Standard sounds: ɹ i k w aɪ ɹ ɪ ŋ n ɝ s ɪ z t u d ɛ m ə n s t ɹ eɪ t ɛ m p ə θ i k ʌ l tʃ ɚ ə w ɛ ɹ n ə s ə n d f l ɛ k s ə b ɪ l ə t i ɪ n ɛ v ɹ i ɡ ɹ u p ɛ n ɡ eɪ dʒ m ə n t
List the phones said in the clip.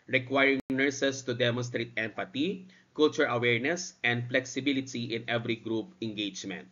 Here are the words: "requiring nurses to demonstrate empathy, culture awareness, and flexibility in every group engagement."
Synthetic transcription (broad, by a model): ɹ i k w aɪ ɹ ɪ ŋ n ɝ s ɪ s t u d ɛ m ə n s t ɹ eɪ t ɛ m p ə t i k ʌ l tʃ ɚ ə w ɛ ɹ n ə s ə n d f l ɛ k s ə b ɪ l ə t i ɪ n ɛ v ɹ i ɡ ɹ u p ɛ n ɡ eɪ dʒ m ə n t